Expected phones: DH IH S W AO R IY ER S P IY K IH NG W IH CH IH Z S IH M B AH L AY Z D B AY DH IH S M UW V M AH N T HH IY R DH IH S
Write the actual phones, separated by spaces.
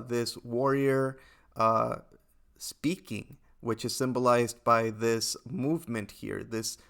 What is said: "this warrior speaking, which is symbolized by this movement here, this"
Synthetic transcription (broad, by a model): DH IH S W AO R IY ER S P IY K IH NG W IH CH IH Z S IH M B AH L AY Z B AY DH IH S M UW V M AH N T HH IY R DH IH S